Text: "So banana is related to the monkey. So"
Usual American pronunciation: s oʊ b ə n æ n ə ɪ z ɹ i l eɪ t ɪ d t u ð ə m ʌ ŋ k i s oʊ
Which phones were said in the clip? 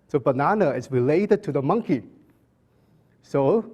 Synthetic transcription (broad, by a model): s oʊ b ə n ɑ n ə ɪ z ɹ i l eɪ t ɪ d t u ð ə m ʌ ŋ k i s oʊ